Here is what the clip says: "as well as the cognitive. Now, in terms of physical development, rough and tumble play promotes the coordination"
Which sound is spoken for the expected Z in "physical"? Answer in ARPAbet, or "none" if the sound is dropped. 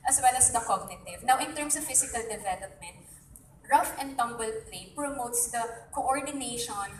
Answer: S